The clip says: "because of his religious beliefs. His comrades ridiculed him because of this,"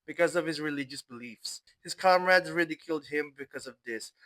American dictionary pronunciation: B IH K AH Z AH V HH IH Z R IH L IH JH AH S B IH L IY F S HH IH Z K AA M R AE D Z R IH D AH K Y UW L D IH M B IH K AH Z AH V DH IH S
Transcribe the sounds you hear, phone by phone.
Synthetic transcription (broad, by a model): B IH K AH Z AH V HH IH Z R IH L IH JH AH S B IH L IY F S HH IH Z K AA M R AE D Z R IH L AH K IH L D IH M B IH K AH Z AH V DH IH S